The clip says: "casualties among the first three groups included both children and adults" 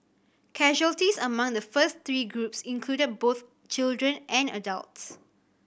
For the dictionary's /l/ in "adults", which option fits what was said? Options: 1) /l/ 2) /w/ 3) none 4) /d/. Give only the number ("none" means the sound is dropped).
1